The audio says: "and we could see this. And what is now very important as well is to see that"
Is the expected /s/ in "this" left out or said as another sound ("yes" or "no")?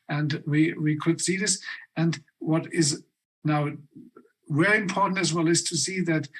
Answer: no